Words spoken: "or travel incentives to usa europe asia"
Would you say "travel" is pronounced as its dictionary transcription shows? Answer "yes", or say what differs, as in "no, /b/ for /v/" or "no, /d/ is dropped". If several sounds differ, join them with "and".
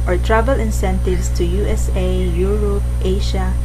no, /b/ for /v/